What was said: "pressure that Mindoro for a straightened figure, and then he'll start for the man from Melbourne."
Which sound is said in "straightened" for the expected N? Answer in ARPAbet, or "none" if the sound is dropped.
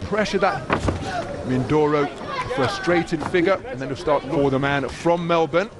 none